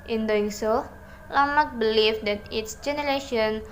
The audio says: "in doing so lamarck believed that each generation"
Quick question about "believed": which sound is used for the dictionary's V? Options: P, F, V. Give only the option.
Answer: F